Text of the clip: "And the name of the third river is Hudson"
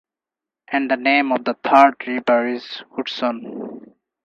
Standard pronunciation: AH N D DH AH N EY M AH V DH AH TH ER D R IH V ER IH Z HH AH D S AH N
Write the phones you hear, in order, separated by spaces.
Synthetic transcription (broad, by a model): AH N D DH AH N EY M AH V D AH T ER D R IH B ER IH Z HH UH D S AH N